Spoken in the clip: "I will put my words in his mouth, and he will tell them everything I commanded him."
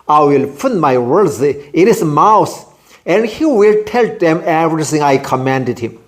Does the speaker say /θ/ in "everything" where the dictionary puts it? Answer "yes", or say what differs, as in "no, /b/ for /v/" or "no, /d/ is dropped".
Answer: no, /s/ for /θ/